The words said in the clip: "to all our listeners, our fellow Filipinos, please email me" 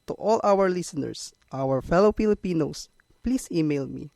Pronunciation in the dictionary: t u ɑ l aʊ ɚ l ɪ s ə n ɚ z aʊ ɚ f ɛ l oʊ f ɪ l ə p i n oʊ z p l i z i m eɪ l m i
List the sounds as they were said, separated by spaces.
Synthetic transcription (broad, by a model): t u ɑ l aʊ ɚ l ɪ s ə n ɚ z aʊ ɚ f ɛ l oʊ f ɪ l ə p i n oʊ s p l i s i m eɪ l m i